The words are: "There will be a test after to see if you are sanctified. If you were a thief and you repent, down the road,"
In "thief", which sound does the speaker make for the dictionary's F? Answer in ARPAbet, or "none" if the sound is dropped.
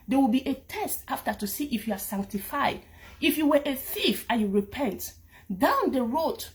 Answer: F